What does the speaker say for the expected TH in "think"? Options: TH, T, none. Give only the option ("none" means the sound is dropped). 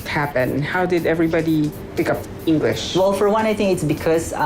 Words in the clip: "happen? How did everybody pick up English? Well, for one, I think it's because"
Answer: T